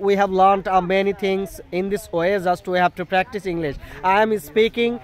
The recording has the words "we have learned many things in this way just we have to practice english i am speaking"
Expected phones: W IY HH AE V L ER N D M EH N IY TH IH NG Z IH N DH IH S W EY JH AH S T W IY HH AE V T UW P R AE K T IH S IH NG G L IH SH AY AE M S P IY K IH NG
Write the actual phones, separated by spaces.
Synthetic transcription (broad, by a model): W IY HH AE V L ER N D M EH N IY T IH NG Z IH N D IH S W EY Z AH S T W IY HH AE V T UW P R AE K T IH S IH NG G L IH SH AY M S P IY K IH NG